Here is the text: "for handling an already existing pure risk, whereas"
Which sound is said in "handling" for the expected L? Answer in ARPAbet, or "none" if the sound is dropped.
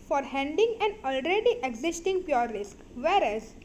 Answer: none